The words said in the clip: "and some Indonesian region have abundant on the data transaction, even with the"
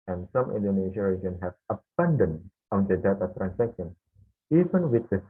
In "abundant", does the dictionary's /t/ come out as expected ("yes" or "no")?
no